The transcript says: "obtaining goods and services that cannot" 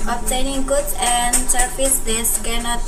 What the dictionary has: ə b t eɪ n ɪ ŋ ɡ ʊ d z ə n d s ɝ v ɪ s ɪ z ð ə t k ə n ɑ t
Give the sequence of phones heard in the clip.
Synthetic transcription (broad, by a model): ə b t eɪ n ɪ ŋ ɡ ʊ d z ə n d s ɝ p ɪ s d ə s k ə n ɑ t